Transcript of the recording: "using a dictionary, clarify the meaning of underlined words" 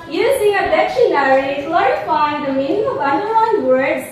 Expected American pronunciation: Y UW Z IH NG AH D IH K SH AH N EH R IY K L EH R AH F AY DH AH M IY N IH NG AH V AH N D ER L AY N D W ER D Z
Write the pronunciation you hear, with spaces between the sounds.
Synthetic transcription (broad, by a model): Y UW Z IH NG AH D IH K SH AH N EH R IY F L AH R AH F AY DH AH M IY N IH NG AH V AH N D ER AY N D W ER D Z